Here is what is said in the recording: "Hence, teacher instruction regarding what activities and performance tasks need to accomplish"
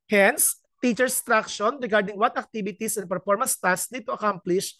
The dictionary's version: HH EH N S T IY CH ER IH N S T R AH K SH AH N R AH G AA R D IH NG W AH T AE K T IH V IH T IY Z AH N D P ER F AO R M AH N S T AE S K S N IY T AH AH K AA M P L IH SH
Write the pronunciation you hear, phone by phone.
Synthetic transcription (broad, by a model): HH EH N S T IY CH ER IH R S T R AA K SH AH N R AH G AA R D IH NG W AH T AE K T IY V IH T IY S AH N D P ER F AO R M AH N S T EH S S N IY T AH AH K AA M P L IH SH